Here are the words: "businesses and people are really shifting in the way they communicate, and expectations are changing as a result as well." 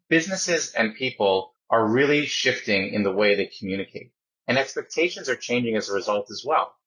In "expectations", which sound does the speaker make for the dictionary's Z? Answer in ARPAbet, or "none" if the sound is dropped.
Z